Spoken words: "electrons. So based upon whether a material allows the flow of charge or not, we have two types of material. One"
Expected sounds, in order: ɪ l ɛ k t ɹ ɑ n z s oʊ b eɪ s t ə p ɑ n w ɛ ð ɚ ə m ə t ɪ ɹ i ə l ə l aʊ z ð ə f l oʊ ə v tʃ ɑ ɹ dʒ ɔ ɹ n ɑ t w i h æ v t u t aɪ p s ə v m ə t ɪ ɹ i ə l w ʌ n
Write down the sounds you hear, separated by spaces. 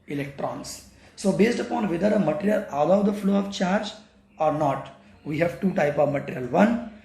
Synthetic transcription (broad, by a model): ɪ l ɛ k t ɹ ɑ n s s oʊ b eɪ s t ə p ɑ n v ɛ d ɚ ə m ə t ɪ ɹ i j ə l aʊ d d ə f l oʊ ə v tʃ ɑ ɹ dʒ ɔ ɹ n ɑ t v i h æ v t u t aɪ p ə v m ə t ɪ ɹ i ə l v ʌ n